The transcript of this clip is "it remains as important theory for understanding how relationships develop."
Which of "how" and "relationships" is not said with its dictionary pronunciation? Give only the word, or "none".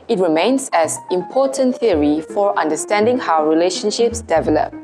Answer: none